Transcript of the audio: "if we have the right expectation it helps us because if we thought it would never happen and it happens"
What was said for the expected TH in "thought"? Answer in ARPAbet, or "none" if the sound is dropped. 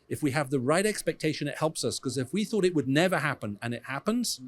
TH